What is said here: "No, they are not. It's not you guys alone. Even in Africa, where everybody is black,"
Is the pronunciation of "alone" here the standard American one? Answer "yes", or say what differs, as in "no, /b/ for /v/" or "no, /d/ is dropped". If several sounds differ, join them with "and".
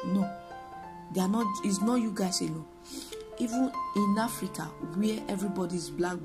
no, /n/ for /l/ and /n/ is dropped